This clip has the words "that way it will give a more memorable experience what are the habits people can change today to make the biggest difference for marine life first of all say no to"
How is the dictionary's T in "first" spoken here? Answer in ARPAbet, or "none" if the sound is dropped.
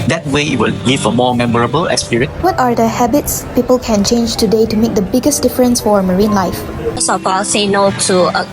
none